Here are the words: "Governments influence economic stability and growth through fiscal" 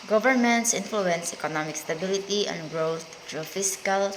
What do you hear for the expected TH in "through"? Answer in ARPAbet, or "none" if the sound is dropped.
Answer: T